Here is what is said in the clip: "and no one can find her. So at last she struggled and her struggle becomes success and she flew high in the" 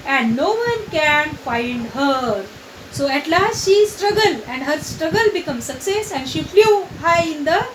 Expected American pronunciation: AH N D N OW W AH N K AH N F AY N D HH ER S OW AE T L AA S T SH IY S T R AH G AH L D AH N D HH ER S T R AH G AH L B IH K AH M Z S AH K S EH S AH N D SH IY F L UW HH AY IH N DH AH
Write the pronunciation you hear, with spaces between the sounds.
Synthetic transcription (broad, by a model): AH N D N OW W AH N K AH N F AY N D HH ER S OW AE T L AA S T SH IY S T R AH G AH L AH N D HH ER S T R AH G AH L B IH K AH M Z S AH K S EH S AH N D SH IY F L UW HH AY IH N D AH